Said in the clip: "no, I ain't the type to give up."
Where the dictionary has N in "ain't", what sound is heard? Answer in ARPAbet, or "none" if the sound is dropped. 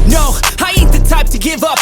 none